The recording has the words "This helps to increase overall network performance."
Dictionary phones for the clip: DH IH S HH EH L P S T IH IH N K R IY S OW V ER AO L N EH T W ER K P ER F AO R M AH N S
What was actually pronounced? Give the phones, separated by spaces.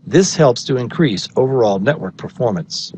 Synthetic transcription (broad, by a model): DH IH S HH EH L P S T IH IH N K R IY S OW V ER AO L N EH T W ER K P ER F AO R M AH N S